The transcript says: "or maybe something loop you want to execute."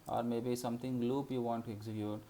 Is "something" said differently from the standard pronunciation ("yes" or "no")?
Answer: yes